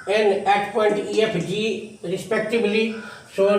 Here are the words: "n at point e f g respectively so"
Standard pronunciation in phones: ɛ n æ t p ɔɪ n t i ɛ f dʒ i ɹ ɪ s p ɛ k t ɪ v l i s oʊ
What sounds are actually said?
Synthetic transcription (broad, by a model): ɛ n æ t p ɔɪ n t i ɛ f dʒ i ɹ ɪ s p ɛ k t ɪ b l i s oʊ